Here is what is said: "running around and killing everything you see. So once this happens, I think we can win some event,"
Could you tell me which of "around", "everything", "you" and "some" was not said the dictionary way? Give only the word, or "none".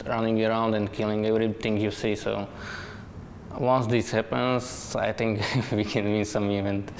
everything